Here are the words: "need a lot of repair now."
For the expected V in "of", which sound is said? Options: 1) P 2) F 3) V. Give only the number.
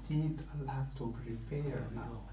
1